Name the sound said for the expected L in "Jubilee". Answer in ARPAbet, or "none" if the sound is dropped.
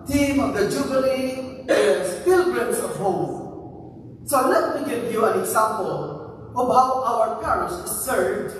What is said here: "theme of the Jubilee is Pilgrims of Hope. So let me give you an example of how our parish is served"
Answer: N